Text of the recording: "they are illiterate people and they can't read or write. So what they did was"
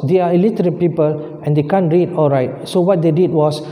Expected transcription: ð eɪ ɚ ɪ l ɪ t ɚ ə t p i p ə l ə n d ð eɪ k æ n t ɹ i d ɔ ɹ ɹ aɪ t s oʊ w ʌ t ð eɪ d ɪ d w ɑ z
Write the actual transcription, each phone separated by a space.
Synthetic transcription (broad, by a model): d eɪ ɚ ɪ l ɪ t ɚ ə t p i p ə l ə n d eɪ k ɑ n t ɹ i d ɔ l ɹ aɪ t s oʊ w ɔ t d eɪ d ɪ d w ɑ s